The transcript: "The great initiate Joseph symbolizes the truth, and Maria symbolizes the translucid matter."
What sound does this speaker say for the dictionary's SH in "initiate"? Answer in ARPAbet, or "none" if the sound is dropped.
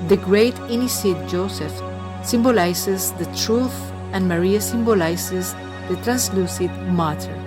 S